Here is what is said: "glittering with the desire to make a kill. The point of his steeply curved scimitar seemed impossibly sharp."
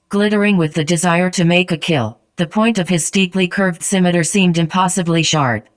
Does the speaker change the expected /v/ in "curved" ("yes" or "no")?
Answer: no